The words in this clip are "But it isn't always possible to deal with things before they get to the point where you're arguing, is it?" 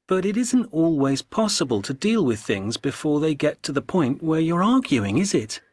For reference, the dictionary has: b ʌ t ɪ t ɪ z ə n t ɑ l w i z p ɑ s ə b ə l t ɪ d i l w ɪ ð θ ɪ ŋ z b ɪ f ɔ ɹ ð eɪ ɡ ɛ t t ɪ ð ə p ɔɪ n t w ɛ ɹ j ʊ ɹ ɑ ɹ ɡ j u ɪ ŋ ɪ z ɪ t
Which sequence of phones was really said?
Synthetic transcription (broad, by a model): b ʌ t ɪ t ɪ z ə n t ɑ l w i z p ɑ s ə b ə l t ɪ d i l w ɪ ð θ ɪ ŋ z b ɪ f ɔ ɹ ð eɪ ɡ ɛ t t ɪ ð ə p ɔɪ n t w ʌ ɹ j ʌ ɹ ɑ ɹ ɡ j u ɪ ŋ ɪ z ɪ t